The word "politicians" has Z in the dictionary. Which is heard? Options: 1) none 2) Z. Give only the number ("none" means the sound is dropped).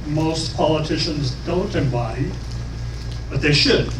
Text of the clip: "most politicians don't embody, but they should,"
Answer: 2